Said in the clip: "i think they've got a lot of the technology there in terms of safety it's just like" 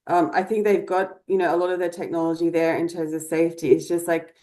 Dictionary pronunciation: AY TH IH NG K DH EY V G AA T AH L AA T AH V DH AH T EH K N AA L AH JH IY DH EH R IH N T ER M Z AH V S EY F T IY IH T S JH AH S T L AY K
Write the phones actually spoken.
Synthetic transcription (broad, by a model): AY TH IH NG K DH EY V G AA T AH L AA T AH V DH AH T EH K N AA L AH JH IY DH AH R IH N T ER M Z AH V S EY F T IY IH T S JH AH S T L AY K